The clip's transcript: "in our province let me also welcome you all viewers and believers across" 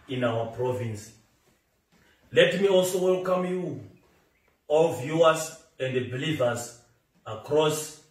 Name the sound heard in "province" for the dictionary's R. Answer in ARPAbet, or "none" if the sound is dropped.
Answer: R